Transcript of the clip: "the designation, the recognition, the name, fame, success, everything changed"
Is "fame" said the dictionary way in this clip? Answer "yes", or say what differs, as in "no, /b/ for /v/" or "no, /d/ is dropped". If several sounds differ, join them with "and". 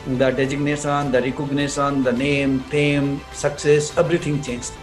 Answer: no, /p/ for /f/